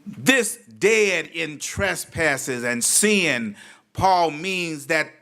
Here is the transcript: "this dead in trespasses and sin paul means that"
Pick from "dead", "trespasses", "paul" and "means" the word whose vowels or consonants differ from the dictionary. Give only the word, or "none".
none